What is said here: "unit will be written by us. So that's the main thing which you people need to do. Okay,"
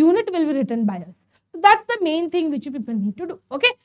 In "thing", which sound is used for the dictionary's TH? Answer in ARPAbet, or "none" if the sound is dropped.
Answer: T